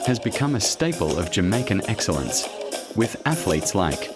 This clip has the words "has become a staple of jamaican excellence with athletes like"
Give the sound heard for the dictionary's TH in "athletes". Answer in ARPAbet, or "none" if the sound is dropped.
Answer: TH